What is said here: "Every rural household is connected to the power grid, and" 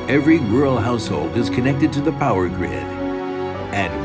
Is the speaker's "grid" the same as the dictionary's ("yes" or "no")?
yes